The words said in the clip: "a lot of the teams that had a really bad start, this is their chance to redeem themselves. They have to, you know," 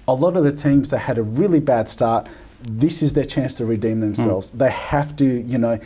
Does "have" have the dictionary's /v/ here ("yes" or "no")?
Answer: no